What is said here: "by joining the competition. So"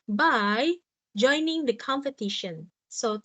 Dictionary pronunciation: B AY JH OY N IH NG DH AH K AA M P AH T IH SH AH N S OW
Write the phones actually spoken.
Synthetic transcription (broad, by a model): B AY JH OY N IH NG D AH K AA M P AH T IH SH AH N S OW